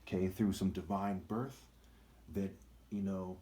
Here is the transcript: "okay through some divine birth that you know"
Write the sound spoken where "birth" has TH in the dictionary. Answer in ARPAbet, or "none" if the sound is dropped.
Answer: TH